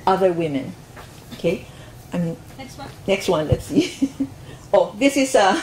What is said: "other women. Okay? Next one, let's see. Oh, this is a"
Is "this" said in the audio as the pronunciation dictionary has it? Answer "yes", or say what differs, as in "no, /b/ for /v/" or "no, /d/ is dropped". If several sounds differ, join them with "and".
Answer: yes